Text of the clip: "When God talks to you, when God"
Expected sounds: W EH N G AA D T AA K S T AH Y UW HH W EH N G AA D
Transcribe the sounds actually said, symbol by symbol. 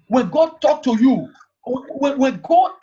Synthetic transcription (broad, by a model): W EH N G AA D T AA K T AH Y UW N W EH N G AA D